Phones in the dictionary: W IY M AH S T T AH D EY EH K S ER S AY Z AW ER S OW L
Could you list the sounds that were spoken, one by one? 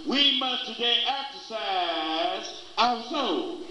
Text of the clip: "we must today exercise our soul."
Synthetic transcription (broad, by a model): W IY M AH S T T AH D EY EH K S ER S AY Z AW ER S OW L